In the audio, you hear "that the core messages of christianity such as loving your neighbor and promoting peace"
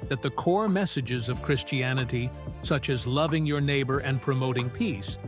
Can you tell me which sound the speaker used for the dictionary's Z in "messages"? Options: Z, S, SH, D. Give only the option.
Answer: Z